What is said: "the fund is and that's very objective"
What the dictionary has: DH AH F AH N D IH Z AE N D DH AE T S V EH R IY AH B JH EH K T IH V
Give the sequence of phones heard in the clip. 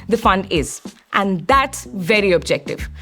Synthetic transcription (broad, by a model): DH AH F AH N D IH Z AE N D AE T S V EH R IY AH B JH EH K T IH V